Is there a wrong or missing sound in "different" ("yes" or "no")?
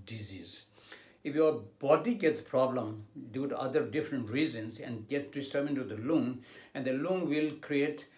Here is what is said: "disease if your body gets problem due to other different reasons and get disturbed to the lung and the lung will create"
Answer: no